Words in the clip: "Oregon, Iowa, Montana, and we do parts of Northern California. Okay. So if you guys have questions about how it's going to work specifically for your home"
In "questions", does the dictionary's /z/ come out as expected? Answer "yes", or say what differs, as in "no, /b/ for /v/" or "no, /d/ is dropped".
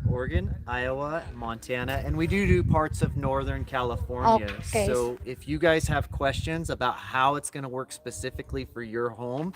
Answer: yes